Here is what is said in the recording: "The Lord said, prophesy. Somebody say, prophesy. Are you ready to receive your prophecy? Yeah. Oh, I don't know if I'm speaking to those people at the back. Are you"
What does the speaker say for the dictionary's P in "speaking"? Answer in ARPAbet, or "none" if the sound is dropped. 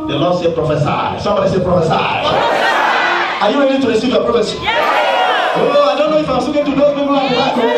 none